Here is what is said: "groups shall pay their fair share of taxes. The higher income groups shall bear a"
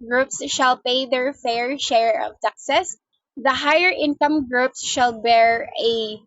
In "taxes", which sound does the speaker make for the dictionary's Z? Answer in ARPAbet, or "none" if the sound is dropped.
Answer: S